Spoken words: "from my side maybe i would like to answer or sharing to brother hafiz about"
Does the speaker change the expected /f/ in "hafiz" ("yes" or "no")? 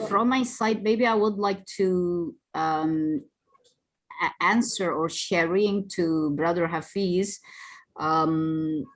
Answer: no